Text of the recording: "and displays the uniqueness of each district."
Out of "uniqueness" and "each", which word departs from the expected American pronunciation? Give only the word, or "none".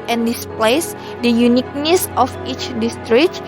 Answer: none